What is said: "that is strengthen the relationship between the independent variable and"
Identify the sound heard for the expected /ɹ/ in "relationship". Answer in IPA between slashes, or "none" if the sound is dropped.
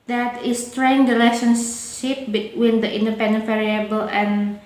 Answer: /l/